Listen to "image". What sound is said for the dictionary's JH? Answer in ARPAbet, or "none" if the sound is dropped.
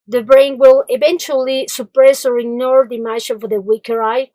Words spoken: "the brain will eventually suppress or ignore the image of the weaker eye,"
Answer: CH